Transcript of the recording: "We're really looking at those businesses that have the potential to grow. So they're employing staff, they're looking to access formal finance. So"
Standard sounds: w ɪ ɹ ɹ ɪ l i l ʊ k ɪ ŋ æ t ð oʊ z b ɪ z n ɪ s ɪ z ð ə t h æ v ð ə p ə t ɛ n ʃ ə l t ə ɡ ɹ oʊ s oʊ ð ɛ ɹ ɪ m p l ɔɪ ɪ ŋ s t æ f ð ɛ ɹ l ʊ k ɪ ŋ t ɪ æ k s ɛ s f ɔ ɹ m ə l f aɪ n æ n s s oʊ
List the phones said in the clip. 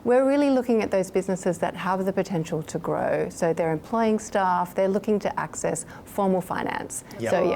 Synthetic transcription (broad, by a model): w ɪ ɹ ɹ ɪ l i l ʊ k ɪ ŋ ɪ t ð oʊ z b ɪ z n ɪ s ɪ z ð ə t h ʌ v ð ə p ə t ɛ n ʃ l t ə ɡ ɹ oʊ s oʊ ð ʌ ɹ ɪ m p l ɔɪ ɪ ŋ s t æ f ð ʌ ɹ l ʊ k ɪ ŋ t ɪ æ k s ɛ s f ɔ ɹ m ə l f aɪ n æ n s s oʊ